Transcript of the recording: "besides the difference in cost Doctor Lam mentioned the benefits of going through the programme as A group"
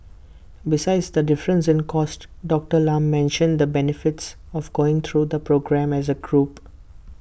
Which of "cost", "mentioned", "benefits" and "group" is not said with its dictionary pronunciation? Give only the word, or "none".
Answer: none